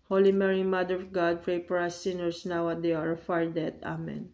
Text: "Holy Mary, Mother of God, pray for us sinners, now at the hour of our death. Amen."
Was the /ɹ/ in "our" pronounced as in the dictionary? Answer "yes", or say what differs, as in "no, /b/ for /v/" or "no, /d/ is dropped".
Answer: yes